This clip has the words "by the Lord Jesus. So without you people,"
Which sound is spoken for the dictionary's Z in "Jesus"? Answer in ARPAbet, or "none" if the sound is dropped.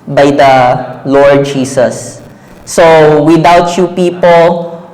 S